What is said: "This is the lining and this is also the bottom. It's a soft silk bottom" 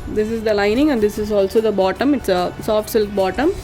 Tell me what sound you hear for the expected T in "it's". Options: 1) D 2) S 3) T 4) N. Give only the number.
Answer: 3